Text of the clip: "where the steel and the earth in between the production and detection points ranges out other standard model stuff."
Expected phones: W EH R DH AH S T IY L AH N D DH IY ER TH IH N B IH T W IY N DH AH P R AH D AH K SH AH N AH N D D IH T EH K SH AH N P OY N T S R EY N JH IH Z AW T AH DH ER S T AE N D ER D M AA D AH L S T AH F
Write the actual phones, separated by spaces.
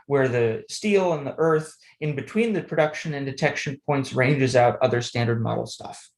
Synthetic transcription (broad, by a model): W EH R DH AH S T IY L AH N DH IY ER TH IH N B IH T W IY N DH AH P R AH D AH K SH AH N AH N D D IH T EH K SH AH N P OY N T S R EY N JH IH Z AW T AH DH ER S T AE N D ER D M AA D L S T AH F